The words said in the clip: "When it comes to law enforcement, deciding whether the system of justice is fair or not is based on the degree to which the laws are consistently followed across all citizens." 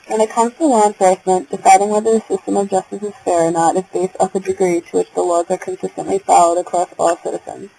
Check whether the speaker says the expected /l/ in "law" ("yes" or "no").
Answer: no